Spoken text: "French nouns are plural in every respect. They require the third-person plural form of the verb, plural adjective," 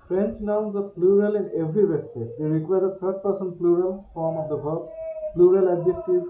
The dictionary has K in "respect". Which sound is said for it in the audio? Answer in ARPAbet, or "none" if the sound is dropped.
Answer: none